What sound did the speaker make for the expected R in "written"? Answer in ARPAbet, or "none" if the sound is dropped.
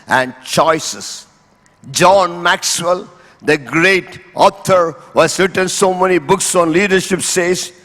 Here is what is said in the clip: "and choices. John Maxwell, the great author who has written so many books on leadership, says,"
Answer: R